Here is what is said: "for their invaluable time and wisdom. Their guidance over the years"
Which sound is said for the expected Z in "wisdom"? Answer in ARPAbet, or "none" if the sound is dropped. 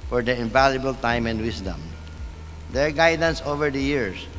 S